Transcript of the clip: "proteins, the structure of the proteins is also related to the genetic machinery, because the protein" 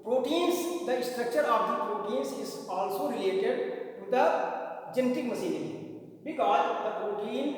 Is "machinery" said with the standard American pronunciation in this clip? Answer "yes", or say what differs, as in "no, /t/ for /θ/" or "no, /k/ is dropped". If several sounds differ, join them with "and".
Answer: no, /s/ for /ʃ/